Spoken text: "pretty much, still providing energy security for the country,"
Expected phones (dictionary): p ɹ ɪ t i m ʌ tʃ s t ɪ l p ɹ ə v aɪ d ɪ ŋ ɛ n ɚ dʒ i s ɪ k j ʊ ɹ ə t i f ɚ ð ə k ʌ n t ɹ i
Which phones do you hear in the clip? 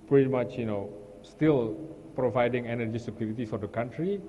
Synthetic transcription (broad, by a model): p ɹ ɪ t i m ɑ tʃ s t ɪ l p ɹ ə v aɪ d ɪ ŋ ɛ n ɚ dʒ i s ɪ k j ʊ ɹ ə t i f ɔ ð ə k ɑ n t ɹ i